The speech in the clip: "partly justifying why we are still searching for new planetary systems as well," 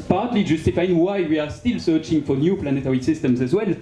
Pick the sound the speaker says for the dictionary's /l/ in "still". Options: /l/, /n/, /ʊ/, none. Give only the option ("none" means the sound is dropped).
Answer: /l/